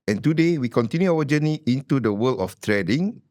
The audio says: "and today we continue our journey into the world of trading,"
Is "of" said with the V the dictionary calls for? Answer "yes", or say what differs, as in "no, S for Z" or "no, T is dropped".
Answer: no, F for V